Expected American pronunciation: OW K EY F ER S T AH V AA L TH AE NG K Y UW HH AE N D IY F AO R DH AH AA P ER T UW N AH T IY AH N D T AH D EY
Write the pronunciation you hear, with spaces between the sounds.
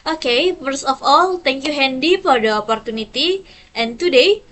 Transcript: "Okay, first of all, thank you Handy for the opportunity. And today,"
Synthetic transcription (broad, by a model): OW K EY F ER S AH F AA L T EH NG K Y UW HH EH N D IY F AO R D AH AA P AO T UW N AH T IY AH N T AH D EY